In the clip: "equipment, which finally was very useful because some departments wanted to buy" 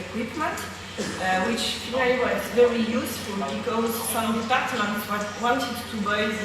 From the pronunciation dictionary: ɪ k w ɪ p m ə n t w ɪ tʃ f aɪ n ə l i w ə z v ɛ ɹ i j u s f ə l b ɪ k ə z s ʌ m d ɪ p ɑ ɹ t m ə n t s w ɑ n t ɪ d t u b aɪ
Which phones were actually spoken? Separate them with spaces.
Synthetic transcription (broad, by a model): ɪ k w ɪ p m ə n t w ɪ tʃ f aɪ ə i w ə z v ɛ ɹ i j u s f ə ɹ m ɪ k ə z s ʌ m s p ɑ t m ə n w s w ɑ n t ɪ d t u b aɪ